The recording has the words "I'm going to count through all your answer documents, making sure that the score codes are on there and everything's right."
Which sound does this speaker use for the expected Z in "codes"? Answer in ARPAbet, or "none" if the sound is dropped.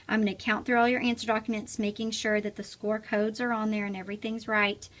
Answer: Z